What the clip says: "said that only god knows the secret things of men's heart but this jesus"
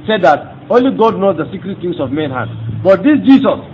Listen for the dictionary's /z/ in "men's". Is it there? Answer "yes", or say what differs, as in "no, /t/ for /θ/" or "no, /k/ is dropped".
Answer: no, /z/ is dropped